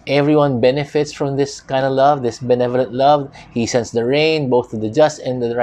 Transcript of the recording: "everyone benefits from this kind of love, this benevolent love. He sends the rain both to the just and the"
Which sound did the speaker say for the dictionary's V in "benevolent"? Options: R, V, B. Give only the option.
V